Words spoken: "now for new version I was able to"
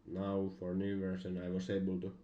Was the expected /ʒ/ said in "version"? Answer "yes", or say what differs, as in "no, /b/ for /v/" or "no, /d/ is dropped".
no, /s/ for /ʒ/